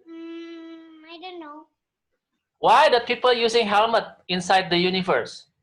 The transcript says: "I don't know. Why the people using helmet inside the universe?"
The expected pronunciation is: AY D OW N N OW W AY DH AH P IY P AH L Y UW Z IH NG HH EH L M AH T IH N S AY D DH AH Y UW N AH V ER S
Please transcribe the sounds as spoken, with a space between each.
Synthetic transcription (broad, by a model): AY D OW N N OW W AY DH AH P IY P AH L Y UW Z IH NG HH EH L M AH T IH N S AY D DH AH Y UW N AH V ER S